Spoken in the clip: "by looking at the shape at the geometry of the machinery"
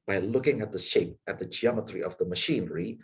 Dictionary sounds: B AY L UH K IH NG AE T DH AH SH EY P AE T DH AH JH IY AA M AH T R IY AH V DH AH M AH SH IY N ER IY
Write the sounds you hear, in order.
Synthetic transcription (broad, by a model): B AY L UH K IH NG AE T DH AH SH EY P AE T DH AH JH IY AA M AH T R IY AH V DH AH M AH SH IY N ER IY